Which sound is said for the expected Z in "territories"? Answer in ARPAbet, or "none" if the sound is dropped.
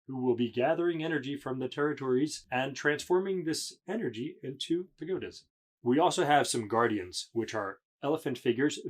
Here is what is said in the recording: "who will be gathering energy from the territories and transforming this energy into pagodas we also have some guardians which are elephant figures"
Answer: Z